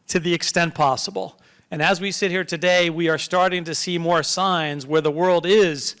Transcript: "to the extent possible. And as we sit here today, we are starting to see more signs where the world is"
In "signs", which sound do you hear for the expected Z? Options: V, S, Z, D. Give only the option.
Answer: Z